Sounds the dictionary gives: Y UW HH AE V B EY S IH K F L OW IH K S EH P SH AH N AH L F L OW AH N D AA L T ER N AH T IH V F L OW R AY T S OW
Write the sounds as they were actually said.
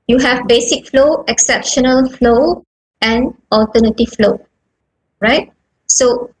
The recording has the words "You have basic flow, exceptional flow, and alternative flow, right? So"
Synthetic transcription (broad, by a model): Y UW HH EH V B EY S IH K F L OW IH K S EH P SH AH N AH L F L OW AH N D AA L T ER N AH T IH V F L OW R AY T S OW